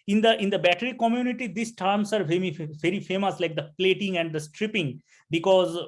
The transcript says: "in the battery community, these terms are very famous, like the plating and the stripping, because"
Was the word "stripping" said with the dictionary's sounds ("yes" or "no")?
yes